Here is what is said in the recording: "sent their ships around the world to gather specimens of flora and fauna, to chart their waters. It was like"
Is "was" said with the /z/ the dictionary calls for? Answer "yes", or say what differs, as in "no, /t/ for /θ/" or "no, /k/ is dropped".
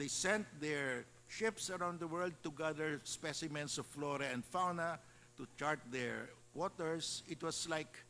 no, /s/ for /z/